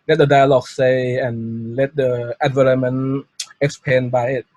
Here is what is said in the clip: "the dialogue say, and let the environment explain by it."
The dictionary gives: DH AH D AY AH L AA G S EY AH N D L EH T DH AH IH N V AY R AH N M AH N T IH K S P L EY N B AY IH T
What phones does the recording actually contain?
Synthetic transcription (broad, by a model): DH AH D AY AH L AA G S EY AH N L EH T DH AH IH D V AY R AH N M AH N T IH K S P EY N B AY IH T